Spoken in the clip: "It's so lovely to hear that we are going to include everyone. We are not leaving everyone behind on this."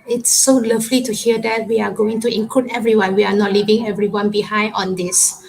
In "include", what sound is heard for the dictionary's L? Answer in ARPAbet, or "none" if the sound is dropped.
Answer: none